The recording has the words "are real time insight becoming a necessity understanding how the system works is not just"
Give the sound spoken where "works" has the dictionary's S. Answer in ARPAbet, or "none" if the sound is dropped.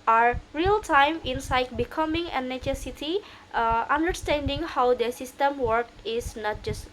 none